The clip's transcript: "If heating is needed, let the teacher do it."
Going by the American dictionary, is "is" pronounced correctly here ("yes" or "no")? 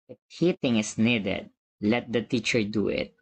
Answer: no